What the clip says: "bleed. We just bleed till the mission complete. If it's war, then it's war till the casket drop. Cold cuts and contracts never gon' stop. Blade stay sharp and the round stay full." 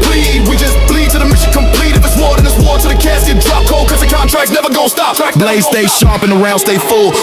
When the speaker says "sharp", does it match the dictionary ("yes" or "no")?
yes